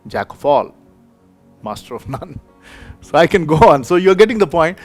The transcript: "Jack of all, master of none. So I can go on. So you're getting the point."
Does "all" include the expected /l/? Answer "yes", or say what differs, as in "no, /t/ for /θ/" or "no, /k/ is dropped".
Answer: yes